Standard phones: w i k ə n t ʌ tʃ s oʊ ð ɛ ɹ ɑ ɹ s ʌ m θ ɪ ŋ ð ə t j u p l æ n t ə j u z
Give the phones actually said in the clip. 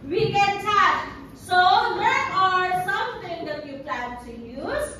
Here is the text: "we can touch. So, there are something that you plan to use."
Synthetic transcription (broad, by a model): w i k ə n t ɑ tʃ s oʊ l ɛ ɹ ɑ ɹ s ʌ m t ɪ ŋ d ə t j u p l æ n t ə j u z